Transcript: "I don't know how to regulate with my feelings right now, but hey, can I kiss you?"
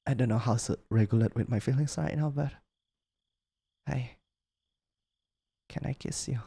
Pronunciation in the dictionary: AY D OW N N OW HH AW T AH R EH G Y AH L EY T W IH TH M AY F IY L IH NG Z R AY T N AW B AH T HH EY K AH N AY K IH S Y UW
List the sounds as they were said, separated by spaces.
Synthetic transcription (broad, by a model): AY D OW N N OW HH AW S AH R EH G Y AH L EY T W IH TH M AY F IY L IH NG S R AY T N AW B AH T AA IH K AH N AY K IH S Y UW